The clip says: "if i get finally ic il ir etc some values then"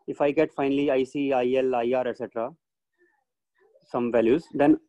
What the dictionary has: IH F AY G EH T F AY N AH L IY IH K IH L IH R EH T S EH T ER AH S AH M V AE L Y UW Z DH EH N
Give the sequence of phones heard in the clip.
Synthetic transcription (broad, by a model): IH F AY G EH T F AY N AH L IY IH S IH L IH R EH T S EH T ER AH S AH M V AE L Y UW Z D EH N